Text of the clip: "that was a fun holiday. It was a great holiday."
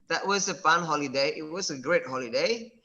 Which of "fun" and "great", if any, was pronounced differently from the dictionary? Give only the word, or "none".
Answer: fun